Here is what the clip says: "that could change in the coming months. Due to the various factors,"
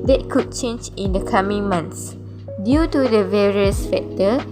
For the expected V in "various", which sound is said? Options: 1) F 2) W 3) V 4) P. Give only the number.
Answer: 3